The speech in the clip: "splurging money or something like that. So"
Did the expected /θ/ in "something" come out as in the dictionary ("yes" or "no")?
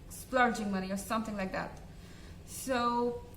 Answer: yes